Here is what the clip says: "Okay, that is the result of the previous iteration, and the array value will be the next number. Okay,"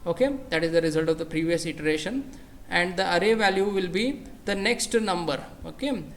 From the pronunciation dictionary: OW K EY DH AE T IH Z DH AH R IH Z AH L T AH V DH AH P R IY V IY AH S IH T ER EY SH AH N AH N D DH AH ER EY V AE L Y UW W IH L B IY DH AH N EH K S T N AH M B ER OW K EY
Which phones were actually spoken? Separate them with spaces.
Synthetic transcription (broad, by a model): OW K EY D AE T IH Z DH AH R IH Z AH L T AH V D AH P R IY V IY AH S IH T ER EY SH AH N AH N D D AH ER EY V AE L Y UW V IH L B IY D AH N EH K S T N AH M B ER OW K EY